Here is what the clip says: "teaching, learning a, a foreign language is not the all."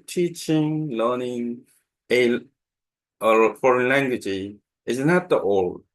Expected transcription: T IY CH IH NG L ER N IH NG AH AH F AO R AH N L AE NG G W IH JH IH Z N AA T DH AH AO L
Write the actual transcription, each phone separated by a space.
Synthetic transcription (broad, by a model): T IY CH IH NG L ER N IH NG AH AH F AO R AH N L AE NG G W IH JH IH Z N AA T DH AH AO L